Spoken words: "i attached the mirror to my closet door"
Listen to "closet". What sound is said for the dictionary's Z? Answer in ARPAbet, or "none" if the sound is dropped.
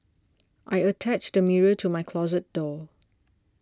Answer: Z